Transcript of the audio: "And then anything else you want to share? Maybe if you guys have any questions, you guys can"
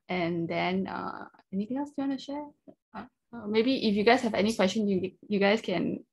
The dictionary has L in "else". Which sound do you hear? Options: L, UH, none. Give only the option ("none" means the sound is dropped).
none